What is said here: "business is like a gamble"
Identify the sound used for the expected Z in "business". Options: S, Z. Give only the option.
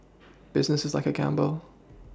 Z